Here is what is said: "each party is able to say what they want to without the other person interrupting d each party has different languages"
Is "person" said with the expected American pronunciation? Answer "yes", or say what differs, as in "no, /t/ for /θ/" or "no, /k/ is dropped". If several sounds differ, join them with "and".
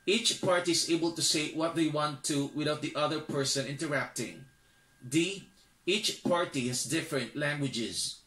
yes